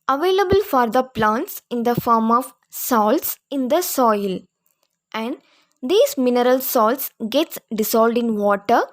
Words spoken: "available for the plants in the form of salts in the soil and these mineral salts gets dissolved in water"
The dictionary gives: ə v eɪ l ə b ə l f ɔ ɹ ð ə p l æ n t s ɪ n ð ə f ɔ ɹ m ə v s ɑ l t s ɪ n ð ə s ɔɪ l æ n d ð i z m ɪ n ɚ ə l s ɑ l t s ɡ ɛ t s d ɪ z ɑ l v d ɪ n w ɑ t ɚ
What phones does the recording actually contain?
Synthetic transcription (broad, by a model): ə v eɪ l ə b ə l f ɔ ɹ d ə p l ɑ n t s ɪ n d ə f ɔ ɹ m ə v s ɑ l t s ɪ n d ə s ɔɪ l æ n d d i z m ɪ n ɚ ə l s ɑ l t s ɡ ɛ t s d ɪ s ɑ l d ɪ n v ɑ t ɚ